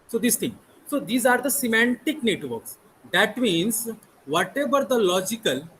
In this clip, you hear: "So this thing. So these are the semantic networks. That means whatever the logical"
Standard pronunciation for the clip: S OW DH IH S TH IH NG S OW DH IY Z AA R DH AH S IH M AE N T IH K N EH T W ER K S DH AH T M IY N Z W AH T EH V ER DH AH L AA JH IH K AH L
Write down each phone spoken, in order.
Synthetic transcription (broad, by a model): S OW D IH S T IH NG S OW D IY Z AA R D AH S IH M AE N T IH K N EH T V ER K S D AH T M IY N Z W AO T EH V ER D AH L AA JH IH K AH L